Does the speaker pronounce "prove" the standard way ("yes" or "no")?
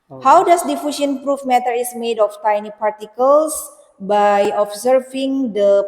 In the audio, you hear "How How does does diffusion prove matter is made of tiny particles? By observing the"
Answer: no